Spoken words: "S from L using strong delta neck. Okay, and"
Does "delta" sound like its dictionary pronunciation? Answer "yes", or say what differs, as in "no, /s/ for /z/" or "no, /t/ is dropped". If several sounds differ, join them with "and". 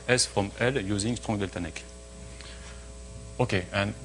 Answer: yes